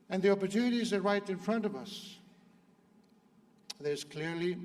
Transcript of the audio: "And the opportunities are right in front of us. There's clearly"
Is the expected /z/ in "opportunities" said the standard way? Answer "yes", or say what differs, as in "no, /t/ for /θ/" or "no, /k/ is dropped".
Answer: yes